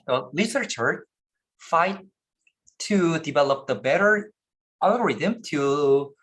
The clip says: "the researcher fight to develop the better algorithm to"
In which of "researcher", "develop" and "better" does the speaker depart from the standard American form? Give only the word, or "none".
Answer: researcher